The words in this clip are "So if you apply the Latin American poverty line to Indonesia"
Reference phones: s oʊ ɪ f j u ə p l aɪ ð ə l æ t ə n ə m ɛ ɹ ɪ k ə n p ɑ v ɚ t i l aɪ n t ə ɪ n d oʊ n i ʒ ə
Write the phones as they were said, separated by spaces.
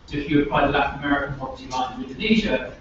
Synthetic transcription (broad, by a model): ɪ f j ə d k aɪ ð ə l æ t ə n ə m ɛ ɹ ɪ k ə n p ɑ p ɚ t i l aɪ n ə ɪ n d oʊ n i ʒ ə